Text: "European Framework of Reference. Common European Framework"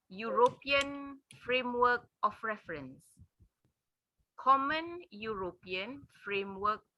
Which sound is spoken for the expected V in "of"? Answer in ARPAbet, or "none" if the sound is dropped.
F